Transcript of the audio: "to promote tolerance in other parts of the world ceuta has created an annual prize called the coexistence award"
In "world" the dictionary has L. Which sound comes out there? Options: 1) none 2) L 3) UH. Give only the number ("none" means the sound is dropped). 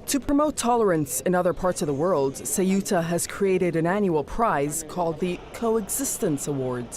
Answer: 2